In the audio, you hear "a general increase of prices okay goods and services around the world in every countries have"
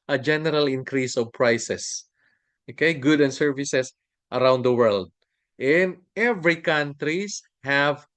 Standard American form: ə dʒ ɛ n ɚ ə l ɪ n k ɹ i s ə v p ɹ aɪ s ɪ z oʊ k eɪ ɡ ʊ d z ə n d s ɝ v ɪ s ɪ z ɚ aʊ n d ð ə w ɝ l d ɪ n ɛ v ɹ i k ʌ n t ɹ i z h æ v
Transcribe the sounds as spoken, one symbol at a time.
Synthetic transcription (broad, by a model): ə dʒ ɛ n ɚ ə l ɪ n k ɹ i s ə v p ɹ aɪ s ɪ s oʊ k eɪ ɡ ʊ d ə n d s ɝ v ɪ s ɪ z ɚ aʊ n d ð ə w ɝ l d ɪ n ɛ v ɹ i k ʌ n t ɹ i s h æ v